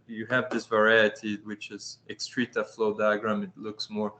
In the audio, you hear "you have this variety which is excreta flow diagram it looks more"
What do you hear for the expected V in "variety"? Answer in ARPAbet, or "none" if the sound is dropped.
V